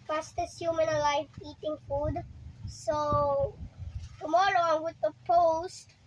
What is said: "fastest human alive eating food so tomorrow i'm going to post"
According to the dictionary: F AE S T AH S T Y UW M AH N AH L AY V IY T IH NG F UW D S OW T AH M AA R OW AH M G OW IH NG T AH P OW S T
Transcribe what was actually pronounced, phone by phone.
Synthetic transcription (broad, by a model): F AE S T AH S Y UW M AH N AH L AY F IY T IH NG F UW D S OW T AH M AA R OW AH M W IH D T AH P OW S T